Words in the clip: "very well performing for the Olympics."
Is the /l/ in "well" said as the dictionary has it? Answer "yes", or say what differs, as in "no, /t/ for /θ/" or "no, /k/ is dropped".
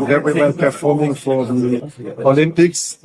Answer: no, /n/ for /l/